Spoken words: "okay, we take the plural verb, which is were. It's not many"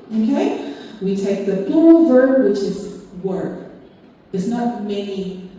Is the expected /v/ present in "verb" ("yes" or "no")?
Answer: yes